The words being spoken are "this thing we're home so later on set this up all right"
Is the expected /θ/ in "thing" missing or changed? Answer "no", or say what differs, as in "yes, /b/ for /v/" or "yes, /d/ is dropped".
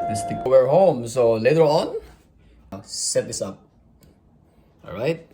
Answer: yes, /t/ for /θ/